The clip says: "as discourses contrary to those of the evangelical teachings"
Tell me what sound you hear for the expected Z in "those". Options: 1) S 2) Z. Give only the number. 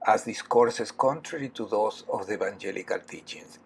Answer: 1